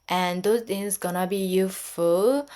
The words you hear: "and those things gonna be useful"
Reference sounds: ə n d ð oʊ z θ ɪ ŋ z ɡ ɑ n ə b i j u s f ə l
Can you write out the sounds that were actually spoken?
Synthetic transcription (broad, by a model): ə n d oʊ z t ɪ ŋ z ɡ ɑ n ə b i j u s f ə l